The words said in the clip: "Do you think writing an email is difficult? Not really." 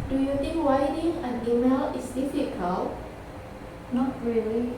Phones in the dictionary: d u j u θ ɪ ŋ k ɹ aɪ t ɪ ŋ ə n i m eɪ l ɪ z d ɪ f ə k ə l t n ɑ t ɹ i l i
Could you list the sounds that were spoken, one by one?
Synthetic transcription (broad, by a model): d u j u t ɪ ŋ k w aɪ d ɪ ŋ ə n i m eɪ l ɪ s d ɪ f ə k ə l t n ɑ t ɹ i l i